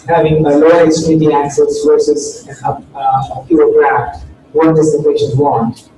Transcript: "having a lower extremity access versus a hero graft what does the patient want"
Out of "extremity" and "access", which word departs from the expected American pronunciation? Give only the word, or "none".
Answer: extremity